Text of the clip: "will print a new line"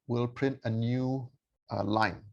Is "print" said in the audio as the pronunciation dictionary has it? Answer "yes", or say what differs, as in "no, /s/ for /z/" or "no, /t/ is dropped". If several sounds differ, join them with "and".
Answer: yes